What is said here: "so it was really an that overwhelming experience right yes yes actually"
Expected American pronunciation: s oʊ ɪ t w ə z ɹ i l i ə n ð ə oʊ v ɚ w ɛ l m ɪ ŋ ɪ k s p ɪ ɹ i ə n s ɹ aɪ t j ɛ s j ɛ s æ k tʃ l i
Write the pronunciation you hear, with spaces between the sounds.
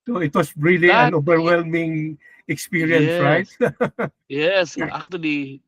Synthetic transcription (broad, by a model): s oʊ ɪ t w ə s ɹ i l i ə n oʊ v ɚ w ɛ l m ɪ ŋ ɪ k s p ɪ ɹ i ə n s ɹ aɪ t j j ɛ s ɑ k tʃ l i